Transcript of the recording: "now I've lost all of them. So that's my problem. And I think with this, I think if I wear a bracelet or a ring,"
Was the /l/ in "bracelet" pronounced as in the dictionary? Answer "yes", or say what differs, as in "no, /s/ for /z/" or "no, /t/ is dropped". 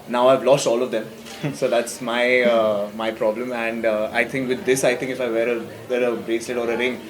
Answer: no, /l/ is dropped